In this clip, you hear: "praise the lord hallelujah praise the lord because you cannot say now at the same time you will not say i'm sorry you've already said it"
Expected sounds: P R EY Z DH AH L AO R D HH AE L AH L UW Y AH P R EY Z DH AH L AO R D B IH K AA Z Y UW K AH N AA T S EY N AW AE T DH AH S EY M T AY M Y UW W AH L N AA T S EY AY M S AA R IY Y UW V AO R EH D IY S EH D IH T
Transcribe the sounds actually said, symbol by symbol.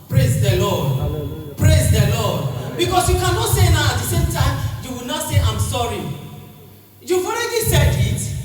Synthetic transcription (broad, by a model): P R EY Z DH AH L AO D P R EY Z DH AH L AO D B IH K AA S Y UW K AH N AA T S EY N AW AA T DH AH S EY M T AY M Y UW W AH N AA T S EY AY M S AA R IY Y UW V AO R EH D IY S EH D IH T